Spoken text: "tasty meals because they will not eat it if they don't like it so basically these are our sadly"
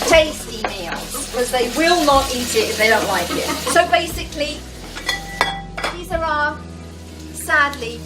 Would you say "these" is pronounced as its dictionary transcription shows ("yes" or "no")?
yes